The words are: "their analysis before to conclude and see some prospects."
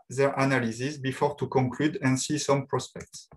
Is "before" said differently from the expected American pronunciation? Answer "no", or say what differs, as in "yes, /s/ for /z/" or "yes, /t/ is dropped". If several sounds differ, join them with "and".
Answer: no